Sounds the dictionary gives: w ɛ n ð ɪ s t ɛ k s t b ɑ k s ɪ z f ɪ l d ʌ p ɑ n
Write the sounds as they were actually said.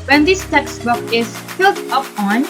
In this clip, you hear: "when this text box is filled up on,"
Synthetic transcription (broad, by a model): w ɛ n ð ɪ s t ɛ k s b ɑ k ɪ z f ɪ l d ʌ p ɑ n